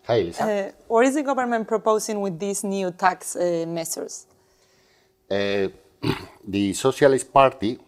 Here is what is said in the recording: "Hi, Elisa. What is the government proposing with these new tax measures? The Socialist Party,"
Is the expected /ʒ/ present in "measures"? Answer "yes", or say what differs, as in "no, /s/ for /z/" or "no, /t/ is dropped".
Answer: no, /s/ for /ʒ/